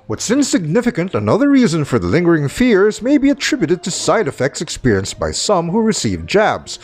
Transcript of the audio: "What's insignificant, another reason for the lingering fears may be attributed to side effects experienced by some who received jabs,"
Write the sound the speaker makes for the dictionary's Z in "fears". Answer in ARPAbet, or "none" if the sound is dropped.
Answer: Z